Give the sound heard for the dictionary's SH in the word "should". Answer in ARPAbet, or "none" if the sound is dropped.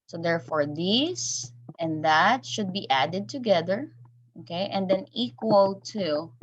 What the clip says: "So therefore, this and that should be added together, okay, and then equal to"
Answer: SH